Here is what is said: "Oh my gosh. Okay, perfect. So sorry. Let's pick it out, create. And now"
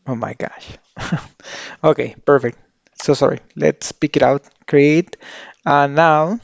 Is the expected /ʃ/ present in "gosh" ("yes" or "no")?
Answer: yes